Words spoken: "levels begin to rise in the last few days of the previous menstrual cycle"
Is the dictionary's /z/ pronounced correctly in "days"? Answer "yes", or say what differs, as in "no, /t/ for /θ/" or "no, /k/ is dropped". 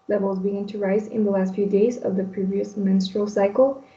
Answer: yes